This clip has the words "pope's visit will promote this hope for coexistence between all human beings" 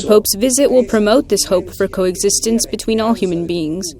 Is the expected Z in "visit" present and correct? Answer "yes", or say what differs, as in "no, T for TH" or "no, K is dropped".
yes